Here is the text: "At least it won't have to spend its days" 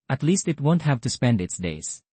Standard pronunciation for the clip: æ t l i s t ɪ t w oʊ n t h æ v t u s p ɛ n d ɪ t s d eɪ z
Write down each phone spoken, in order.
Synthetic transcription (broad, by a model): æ t l i s t ɪ t w oʊ n t h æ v t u s p ɛ n d ɪ t s d eɪ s